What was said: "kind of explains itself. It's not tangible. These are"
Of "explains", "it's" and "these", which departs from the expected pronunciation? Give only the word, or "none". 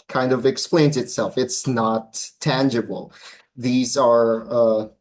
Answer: none